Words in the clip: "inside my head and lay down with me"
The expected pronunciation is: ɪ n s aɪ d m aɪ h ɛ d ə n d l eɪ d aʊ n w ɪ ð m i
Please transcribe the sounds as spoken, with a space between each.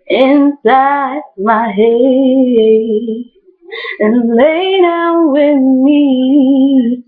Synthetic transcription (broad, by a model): ɪ n s aɪ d m aɪ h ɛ ə n l eɪ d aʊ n w ɪ ð m i